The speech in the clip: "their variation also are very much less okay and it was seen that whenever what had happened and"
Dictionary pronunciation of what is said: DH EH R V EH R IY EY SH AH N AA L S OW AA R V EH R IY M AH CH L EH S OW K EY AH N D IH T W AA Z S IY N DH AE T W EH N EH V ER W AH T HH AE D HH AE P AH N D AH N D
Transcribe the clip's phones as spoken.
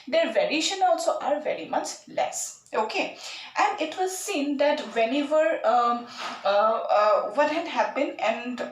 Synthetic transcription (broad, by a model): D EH R V EH R IY EY SH AH N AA L S OW AA R V EH R IY M AH CH L EH S OW K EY AH N D IH T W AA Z S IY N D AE T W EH N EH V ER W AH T HH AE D HH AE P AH N AH N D